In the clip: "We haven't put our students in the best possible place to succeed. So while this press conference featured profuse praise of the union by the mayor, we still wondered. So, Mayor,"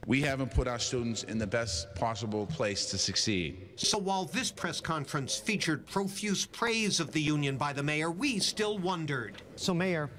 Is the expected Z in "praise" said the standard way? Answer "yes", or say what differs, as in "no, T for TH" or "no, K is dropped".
yes